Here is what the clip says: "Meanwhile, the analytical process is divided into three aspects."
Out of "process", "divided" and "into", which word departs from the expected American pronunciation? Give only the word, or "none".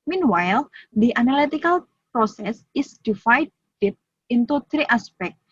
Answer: divided